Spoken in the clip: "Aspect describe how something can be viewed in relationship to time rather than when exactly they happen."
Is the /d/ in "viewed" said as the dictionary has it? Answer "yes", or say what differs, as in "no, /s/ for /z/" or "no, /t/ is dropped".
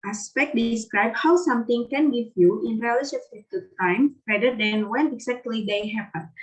no, /d/ is dropped